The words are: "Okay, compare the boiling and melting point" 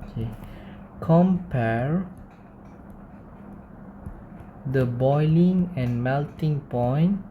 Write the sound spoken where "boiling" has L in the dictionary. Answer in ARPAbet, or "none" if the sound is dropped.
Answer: L